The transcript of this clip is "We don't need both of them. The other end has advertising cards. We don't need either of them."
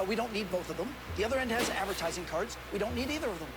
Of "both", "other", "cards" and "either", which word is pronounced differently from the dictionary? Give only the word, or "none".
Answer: none